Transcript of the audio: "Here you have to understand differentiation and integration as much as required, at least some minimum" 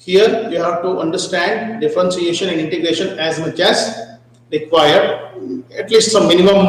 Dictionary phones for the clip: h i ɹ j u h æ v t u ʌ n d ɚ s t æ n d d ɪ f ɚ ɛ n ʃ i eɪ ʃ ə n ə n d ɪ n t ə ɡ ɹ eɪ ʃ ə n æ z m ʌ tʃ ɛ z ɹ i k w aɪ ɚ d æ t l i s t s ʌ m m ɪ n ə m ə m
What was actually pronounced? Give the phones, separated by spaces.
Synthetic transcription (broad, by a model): h i ɹ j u h æ v t u ʌ n d ɚ s t æ n d d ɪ f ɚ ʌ n s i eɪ ʃ ə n ə n d ɪ n t ə ɡ ɹ eɪ ʃ ə n æ z m ʌ tʃ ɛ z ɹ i k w aɪ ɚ d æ t l i s t s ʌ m m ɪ n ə m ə m